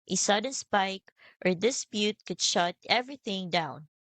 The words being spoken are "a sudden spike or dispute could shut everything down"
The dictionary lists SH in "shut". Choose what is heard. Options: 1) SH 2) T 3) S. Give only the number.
1